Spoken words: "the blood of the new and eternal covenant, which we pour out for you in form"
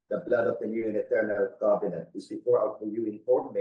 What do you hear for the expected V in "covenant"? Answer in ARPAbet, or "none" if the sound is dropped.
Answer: B